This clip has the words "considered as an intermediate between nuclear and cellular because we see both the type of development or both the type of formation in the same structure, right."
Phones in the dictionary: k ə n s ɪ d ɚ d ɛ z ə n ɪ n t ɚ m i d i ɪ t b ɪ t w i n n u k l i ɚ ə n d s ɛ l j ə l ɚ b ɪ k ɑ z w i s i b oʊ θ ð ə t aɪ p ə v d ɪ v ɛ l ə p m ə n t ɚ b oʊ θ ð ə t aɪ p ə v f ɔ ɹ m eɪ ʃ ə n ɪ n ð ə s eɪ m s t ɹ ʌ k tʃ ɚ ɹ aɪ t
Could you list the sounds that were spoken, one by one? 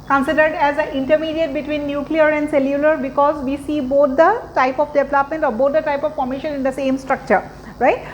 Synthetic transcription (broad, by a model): k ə n s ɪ d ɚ d ɛ z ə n ɪ n t ɚ m i d i ɪ t b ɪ t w i n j u k l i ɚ ə n d s ɛ l j ə l ɚ b ɪ k ɑ z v i s i b oʊ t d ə t aɪ p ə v d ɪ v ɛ l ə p m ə n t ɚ b oʊ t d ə t aɪ p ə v p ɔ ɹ m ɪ ʃ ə n ɪ n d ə s eɪ m s t ɹ ʌ k tʃ ɚ ɹ aɪ t